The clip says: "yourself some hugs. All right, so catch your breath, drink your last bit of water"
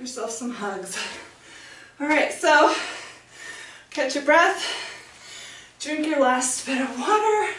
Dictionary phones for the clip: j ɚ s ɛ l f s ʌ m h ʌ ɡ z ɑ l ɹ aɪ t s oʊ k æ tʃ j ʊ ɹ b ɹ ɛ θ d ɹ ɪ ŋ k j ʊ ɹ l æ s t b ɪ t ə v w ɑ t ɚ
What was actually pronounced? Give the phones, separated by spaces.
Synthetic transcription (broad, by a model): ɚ s ɛ l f s ʌ m h ʌ ɡ z ɑ l ɹ aɪ t s oʊ k æ tʃ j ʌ ɹ b ɹ ɛ θ d ɹ ɪ ŋ k j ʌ ɹ l æ s t b ɪ t ə v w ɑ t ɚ